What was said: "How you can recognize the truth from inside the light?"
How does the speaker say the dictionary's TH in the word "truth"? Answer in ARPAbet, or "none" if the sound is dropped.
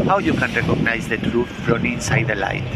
T